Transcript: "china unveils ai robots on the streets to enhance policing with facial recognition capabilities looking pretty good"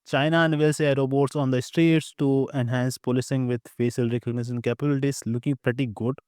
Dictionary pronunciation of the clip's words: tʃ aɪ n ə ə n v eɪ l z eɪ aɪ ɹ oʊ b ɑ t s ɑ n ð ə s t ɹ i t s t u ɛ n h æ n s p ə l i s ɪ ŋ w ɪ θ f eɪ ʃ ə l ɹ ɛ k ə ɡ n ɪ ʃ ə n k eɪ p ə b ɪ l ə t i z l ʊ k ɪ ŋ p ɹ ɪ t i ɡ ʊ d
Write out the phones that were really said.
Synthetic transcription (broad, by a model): tʃ aɪ n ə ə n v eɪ l s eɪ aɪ ɹ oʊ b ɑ t s ɑ n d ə s t ɹ i t s t u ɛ n h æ n s p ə l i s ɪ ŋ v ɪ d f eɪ s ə l ɹ ɛ k ə ɡ n ɪ ʃ ə n k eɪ p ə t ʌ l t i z l ʊ k ɪ ŋ p ɹ ɪ t i ɡ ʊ d